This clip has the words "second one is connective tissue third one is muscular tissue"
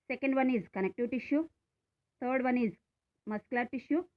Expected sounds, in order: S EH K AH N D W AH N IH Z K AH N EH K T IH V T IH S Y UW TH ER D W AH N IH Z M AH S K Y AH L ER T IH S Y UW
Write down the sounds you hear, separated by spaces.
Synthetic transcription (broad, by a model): S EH K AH N D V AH N IH Z K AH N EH K T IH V T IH SH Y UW T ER D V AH N IH Z M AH S K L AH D T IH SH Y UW